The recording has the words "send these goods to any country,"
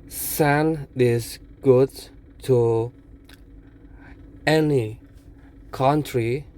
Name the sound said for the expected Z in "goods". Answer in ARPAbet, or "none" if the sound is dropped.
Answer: none